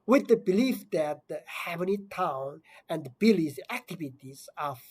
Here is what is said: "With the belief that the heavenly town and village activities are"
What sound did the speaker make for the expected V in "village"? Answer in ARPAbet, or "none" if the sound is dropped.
B